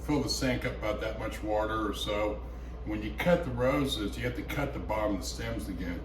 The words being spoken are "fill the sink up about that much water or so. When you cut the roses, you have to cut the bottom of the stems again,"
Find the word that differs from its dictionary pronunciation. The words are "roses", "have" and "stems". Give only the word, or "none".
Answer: have